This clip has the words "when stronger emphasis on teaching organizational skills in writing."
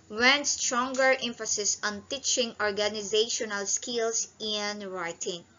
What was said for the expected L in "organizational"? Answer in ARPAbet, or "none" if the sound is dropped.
L